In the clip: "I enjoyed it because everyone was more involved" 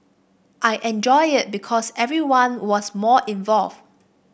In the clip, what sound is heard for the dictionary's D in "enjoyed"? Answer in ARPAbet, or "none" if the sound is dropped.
none